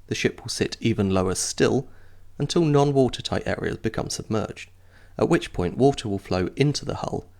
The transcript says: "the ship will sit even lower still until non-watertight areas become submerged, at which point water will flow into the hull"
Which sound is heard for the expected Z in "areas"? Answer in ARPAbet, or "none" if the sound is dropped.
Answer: Z